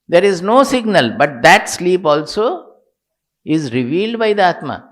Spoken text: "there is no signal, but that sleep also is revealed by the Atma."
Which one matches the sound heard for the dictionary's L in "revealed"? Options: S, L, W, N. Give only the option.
L